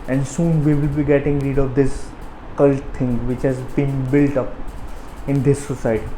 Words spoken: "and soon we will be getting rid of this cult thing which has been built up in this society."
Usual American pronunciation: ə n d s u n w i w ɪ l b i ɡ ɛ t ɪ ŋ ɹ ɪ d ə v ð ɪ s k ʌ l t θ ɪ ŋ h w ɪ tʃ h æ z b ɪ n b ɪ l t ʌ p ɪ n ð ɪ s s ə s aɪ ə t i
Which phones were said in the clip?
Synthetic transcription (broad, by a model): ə n d s u n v i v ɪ l b i ɡ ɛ t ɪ ŋ ɹ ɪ d ə v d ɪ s k ʌ l t t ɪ ŋ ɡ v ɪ tʃ h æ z b ɪ n b ɪ l t ʌ p ɪ n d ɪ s s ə s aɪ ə t i